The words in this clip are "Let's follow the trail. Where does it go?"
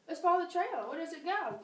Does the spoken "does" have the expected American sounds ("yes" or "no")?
yes